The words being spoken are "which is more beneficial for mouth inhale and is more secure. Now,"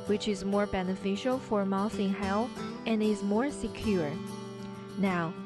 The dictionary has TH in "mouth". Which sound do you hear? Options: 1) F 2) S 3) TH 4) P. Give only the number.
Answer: 2